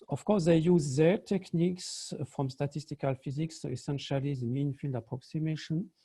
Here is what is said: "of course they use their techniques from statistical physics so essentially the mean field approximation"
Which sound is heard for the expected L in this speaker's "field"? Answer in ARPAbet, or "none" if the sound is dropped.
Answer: L